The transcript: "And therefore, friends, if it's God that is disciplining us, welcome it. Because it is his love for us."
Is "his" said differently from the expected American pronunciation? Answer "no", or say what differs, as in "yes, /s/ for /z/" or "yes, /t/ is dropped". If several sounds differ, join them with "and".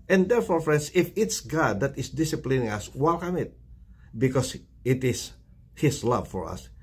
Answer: yes, /s/ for /z/